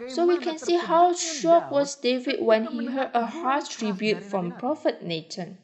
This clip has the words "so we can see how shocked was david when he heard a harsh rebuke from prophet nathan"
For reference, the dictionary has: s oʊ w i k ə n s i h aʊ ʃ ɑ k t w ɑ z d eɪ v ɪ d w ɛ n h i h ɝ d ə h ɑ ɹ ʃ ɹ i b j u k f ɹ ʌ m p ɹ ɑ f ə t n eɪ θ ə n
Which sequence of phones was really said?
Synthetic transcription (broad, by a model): s oʊ w i k ə n s i h aʊ ʃ ɑ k w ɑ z d eɪ v ɪ d w ɛ n h i h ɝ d ə h ɑ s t ɹ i b j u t f ɹ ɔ m p ɹ ɑ f ə t n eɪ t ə n